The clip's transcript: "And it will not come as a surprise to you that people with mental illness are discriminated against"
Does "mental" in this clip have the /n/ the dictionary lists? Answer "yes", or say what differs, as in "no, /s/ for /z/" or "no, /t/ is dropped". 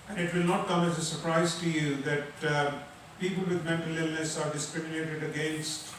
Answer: yes